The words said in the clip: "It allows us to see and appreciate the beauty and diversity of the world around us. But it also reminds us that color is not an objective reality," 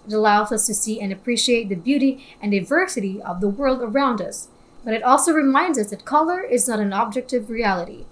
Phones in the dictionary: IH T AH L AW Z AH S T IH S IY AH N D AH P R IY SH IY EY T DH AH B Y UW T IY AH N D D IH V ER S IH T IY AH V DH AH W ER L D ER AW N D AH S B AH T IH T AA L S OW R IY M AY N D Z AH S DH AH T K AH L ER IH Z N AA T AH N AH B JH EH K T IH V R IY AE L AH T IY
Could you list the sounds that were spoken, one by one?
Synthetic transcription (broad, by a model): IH T AH L AW Z AH S T IH S IY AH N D AH P R IY SH IY EY T DH AH B Y UW T IY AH N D D IH V ER S IH T IY AH V DH AH W ER L D ER AW N D AH S B AH T IH T AA L S OW R IY M AY N D Z AH S DH AH T K AH L ER IH Z N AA T AH N AH B JH EH K T IH V R IY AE L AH T IY